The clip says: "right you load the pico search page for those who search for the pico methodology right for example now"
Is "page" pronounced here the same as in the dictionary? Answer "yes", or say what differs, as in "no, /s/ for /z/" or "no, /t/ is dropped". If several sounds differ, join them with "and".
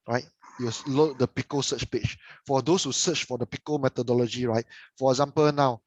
no, /tʃ/ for /dʒ/